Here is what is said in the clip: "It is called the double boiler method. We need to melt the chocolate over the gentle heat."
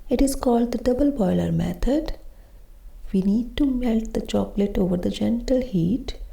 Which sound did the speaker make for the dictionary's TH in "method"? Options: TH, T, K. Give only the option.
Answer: T